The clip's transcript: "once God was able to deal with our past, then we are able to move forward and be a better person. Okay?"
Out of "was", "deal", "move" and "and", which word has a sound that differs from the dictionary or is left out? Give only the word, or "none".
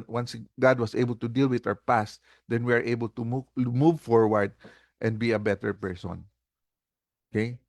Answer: was